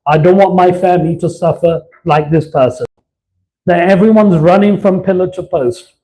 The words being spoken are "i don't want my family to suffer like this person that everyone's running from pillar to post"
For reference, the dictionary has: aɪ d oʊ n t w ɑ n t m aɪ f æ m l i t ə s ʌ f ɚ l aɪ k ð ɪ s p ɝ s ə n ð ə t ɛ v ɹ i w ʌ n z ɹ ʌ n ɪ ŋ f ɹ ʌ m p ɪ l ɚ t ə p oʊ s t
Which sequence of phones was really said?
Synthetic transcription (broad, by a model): aɪ d oʊ n t w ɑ n m aɪ f æ m l i t ə s ʌ f ɚ l aɪ k ð ɪ s p ɝ s ə n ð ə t ɛ v ɹ i w ʌ n z ɹ ʌ n ɪ ŋ f ɹ ʌ m p ɪ l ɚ t ə p oʊ s t